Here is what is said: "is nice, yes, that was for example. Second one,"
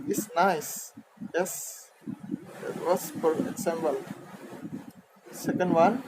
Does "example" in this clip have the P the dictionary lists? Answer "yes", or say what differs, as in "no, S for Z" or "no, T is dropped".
no, B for P